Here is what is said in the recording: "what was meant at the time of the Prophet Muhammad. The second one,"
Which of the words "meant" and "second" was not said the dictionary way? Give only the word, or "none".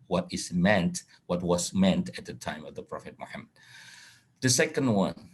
none